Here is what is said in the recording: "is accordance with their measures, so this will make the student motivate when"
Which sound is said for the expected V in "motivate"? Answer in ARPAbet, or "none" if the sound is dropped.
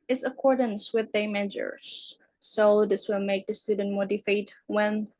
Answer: F